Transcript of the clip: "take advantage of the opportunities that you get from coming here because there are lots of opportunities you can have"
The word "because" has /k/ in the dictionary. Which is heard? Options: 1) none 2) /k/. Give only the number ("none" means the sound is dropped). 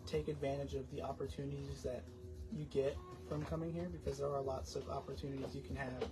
2